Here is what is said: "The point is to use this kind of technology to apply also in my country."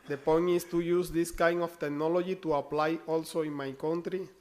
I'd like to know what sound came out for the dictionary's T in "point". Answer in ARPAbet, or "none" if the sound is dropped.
none